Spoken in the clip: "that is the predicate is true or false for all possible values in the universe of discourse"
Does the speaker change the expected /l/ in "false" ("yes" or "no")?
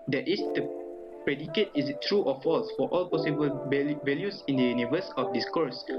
no